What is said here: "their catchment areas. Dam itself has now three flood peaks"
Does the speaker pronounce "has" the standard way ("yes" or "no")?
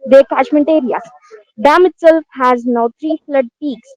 yes